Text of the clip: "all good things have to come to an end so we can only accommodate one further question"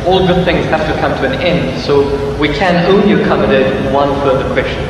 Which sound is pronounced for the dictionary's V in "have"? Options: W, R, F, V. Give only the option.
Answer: F